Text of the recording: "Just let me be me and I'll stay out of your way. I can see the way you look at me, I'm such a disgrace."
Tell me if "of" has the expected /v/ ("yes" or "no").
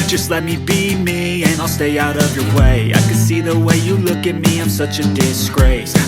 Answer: yes